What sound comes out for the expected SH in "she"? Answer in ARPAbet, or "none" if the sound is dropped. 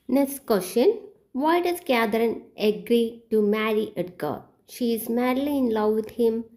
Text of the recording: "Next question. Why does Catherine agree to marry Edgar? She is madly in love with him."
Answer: SH